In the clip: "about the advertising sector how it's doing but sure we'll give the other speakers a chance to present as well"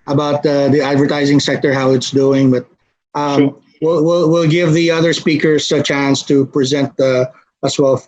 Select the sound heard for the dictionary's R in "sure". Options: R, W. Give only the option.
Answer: W